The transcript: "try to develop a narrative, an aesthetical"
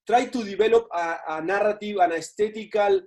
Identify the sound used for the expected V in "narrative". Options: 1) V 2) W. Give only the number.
2